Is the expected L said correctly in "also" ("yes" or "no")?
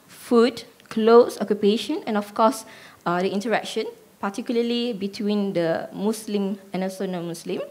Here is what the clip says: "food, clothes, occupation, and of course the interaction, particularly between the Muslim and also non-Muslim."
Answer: no